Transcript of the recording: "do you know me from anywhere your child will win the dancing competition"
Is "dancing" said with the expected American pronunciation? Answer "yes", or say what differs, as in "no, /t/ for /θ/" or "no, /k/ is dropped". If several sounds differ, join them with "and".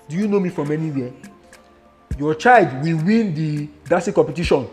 no, /n/ is dropped